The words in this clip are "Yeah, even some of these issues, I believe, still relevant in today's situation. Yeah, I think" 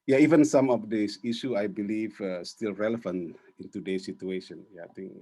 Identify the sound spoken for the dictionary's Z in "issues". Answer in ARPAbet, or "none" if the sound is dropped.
none